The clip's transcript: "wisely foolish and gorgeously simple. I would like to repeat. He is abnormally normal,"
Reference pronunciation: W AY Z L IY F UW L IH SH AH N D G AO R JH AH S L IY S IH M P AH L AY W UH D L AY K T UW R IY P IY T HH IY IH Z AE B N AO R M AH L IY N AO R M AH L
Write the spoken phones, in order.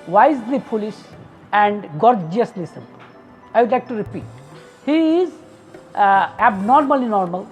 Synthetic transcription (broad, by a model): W AY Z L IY P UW L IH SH AH N D G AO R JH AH S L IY S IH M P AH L AY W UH D L AY K T UW R IY P IY T HH IY IH Z AE B N AO R M AH L IY N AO R M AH L